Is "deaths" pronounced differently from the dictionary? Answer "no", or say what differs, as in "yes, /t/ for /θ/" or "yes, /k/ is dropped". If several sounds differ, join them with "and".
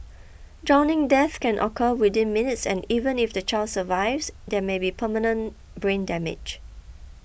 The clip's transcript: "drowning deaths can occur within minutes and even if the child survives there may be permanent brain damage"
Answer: yes, /s/ is dropped